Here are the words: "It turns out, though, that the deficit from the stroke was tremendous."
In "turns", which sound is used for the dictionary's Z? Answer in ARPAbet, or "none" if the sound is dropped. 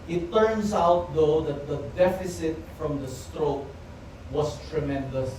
S